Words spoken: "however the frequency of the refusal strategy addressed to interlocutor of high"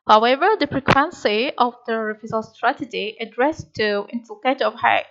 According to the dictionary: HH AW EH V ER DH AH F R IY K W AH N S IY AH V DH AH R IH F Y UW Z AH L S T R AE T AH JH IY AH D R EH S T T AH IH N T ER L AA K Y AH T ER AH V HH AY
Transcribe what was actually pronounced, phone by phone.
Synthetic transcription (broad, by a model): HH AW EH V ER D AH P R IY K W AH N S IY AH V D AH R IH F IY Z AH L S T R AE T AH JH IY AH D R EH S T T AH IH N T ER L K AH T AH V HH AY